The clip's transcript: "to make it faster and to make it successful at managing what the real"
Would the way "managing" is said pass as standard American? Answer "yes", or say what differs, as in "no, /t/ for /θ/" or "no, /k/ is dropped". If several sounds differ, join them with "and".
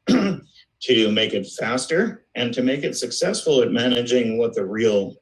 yes